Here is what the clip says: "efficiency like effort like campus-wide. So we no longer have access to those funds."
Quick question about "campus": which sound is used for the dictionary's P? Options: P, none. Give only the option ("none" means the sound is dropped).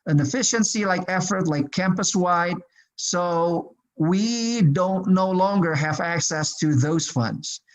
P